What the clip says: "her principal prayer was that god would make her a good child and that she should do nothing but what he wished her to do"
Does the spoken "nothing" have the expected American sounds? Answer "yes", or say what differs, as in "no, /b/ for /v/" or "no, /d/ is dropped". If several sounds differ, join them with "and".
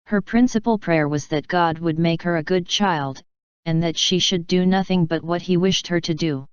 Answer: yes